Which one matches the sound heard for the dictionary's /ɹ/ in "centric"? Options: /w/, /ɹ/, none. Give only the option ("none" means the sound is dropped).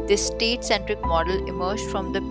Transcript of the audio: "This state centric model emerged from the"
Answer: /ɹ/